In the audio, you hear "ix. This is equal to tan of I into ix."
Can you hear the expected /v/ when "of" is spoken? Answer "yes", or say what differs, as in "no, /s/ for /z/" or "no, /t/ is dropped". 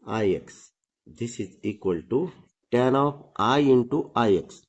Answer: no, /p/ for /v/